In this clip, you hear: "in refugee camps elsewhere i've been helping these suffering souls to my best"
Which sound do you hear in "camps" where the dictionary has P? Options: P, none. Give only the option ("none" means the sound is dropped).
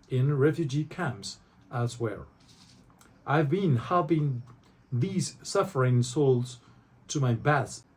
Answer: P